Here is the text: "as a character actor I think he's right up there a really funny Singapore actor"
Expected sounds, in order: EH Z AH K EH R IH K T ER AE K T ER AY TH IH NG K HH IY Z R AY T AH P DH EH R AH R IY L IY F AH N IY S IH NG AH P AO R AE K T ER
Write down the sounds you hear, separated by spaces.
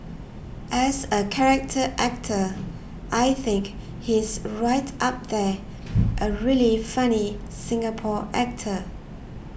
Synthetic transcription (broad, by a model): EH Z AH K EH R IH K T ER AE K T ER AY TH IH NG K HH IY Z R AY T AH P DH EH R AH R IY L IY F AH N IY S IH NG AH P AO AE K T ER